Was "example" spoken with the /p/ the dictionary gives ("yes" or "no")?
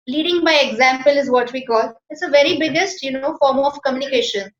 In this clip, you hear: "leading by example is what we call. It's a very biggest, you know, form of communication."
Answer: yes